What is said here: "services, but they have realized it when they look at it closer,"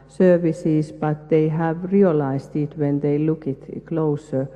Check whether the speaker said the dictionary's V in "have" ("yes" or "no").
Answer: yes